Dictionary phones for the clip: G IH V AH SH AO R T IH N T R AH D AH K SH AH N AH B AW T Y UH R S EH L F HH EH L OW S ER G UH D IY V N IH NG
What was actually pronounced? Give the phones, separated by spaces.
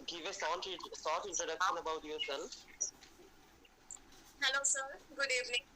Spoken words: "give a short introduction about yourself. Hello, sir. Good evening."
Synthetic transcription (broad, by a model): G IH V AH S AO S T IH N T R AH D AH K SH AH N AH B AW T Y UH R S EH L F HH EH L OW S ER G UH D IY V N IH NG